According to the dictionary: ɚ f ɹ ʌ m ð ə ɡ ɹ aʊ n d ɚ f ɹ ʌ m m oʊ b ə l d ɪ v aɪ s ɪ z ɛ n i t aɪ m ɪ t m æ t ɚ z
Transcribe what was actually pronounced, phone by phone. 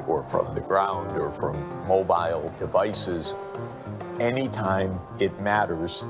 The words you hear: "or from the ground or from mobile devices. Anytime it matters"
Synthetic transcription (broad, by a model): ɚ f ɹ ʌ m ð ə ɡ ɹ aʊ n d ɚ f ɹ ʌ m m oʊ b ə l d ɪ v aɪ s ɪ z ɛ n i t aɪ m ɪ t m æ t ɚ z